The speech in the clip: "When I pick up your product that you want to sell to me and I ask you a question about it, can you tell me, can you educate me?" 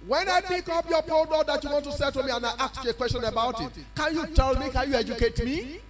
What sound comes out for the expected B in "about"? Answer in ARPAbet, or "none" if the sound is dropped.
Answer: B